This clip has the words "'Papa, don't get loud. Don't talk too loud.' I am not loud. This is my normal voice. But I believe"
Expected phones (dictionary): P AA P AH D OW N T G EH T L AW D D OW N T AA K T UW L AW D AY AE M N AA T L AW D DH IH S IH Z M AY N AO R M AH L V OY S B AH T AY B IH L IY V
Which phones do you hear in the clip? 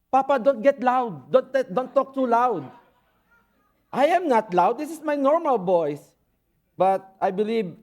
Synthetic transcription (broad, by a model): P AA P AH D OW N T G EH T L AW D D OW N T AA K T UW L AW D AY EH M N AA T L AW D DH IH S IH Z M AY N AO R M AH L B OY S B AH T AY B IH L IY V